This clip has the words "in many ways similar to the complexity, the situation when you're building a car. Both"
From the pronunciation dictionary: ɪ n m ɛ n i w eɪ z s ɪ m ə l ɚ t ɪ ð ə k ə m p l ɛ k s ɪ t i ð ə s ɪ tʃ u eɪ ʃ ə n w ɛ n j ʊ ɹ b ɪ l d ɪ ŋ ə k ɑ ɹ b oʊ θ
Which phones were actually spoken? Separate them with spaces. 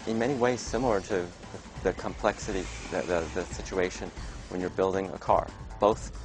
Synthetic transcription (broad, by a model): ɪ n m ɛ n i w eɪ z s ɪ m l ɚ t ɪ ð ə k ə m p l ɛ k s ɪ t i ð ə s ɪ tʃ u eɪ ʃ ə n w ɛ n j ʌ ɹ b ɪ l d ɪ ŋ ə k ɑ ɹ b oʊ θ